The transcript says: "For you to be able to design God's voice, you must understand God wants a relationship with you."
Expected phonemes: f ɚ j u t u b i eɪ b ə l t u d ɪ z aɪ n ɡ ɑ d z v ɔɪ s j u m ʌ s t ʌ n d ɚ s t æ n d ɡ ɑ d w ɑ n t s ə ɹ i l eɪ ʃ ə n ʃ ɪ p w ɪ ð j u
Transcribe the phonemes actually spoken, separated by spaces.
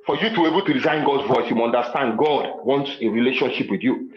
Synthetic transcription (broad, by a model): f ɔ j u t u eɪ b ə l t u d ɪ z aɪ n ɡ ɑ d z v ɔɪ s j u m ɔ n d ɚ s t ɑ n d ɡ ɑ d w ɑ n t s ə ɹ i l eɪ ʃ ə n ʃ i p w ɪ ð j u